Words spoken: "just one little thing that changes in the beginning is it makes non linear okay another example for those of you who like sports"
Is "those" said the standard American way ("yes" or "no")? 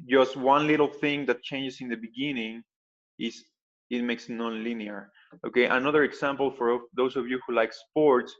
no